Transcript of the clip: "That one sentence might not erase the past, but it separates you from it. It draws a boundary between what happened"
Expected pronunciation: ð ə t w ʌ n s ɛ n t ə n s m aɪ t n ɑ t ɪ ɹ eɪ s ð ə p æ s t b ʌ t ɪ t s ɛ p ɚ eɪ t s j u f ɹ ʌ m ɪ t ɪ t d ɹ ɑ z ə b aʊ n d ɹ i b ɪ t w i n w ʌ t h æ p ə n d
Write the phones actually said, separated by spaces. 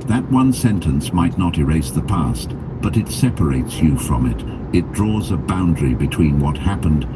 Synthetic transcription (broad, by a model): ð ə t w ʌ n s ɛ n t ə n s m aɪ t n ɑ t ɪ ɹ eɪ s ð ə p æ s t b ʌ t ɪ t s ɛ p ɚ eɪ t s j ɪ f ɹ ʌ m ɪ t ɪ t d ɹ ɑ z ə b aʊ n d ɹ i b ɪ t w i n w ʌ t h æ p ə n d